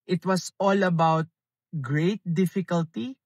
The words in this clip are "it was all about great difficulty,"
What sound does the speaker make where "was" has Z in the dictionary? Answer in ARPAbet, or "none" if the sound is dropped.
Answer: S